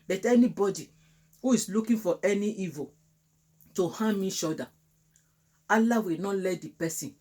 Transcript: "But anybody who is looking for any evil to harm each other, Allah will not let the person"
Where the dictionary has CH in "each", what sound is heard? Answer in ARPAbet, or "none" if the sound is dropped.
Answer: SH